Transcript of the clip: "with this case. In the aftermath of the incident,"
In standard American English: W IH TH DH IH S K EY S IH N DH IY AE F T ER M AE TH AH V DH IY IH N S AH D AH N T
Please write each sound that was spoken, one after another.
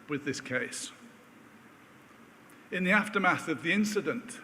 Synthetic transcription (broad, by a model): W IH DH IH S K EY S IH N DH IY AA F T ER M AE TH AH V DH IY IH N S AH D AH N T